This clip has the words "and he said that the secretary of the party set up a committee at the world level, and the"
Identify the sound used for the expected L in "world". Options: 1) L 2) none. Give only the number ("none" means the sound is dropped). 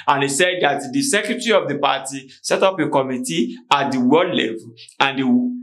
2